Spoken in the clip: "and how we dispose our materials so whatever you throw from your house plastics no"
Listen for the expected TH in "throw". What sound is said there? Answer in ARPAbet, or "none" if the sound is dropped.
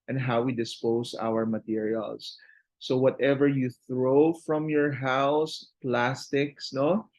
TH